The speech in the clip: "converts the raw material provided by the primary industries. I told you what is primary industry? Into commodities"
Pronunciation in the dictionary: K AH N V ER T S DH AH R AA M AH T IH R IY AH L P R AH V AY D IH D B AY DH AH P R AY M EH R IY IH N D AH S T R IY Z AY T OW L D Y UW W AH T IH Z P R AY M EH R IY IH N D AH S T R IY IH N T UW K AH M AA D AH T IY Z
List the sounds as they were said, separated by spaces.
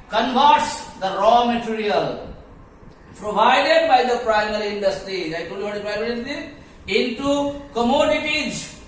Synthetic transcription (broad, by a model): K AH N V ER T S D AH R AA M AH T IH R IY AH L P R AH V AY D IH D B AY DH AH P R AY M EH R IY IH N D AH S T R IY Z AY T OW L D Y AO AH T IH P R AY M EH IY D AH T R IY IH N T UW K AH M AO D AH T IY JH